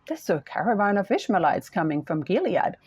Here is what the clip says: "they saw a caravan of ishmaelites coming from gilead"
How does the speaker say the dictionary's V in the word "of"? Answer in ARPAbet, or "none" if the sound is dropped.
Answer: F